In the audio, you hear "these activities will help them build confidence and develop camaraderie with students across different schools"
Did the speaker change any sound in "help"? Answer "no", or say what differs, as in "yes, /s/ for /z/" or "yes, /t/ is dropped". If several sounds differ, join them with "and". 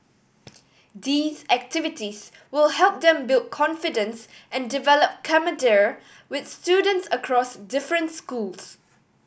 no